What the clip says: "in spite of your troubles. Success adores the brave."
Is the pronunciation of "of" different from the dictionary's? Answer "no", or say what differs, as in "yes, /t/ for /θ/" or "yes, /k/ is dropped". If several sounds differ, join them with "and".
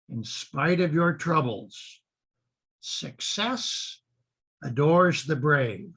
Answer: no